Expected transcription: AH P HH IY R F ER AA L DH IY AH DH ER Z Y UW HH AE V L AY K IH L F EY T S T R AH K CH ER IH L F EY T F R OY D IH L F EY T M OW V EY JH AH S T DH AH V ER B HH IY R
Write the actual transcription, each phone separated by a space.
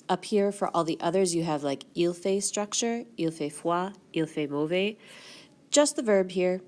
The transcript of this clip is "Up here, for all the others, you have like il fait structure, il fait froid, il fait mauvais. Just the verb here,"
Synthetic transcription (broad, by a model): AH P HH IY R F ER AA L DH IY AH DH ER Z Y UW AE V L AY K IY L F EY S T R AH K CH ER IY L F EY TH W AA IY L F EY M OW V EY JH AH S T DH AH V ER B HH IY R